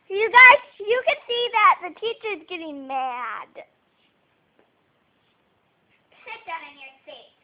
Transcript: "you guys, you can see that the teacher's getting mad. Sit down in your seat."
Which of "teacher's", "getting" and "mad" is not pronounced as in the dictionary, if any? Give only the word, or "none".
none